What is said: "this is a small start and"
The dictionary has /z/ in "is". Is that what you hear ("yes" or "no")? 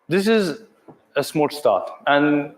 yes